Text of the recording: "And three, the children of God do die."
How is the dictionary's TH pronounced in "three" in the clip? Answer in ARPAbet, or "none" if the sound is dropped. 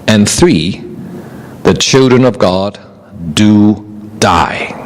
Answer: TH